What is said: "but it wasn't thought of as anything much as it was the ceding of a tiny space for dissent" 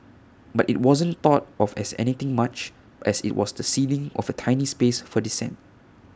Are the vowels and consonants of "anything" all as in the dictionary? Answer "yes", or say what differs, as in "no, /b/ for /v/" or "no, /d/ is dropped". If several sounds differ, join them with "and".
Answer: no, /t/ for /θ/